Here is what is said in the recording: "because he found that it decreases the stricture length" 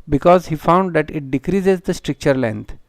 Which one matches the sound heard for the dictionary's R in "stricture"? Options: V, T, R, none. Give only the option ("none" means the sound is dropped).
R